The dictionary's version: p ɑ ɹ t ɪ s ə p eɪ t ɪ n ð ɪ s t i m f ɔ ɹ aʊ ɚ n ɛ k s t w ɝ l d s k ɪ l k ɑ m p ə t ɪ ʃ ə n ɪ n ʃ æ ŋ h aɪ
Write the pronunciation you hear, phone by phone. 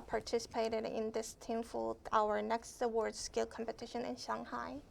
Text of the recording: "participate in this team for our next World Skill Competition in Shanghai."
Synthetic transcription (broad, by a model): p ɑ ɹ t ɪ s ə p eɪ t ɪ n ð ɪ s t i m f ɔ l aʊ ɚ n ɛ k s t w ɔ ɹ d s k ɪ l k ɑ m p ə t ɪ ʃ ə n ɪ n ʃ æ ŋ h aɪ